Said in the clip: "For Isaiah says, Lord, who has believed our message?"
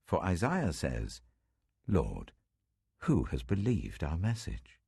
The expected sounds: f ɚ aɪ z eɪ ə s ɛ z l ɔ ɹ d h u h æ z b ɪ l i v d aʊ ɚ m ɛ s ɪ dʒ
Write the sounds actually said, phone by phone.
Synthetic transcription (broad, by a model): f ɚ aɪ z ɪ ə s ɛ z l ɔ ɹ d h u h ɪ z b ɪ l i v d aʊ ɚ m ɛ s ɪ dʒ